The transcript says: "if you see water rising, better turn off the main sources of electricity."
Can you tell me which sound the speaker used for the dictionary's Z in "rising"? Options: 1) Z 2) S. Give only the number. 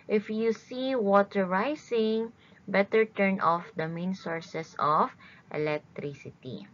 2